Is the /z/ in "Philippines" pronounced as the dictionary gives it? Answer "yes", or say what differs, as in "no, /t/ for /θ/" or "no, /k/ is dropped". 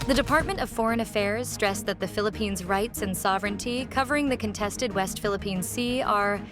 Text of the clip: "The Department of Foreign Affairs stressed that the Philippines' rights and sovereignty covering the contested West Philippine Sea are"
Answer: yes